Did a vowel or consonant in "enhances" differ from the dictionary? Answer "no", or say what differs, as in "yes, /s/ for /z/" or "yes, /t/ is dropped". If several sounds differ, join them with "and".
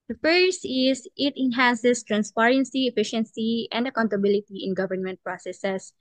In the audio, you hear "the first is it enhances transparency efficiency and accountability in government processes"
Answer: yes, /s/ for /z/